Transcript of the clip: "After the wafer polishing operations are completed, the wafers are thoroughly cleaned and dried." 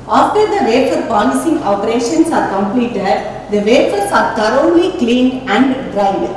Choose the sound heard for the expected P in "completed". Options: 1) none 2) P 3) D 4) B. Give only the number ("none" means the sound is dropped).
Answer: 2